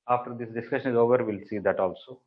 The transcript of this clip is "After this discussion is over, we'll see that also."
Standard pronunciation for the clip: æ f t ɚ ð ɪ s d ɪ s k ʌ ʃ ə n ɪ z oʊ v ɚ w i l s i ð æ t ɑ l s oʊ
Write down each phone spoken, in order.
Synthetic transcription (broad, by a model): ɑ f t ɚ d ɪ s d ɪ s k ʌ ʃ ə n ɪ z oʊ v ɚ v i l s i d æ t ɑ l s oʊ